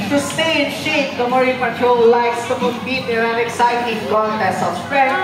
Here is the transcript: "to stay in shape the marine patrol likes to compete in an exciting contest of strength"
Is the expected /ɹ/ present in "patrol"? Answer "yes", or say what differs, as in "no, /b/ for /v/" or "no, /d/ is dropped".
no, /ɹ/ is dropped